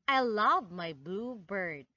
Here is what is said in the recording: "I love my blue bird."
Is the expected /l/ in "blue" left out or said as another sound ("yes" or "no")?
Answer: no